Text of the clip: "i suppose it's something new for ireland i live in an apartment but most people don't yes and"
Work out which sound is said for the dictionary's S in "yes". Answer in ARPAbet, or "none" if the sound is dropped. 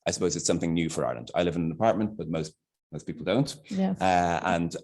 none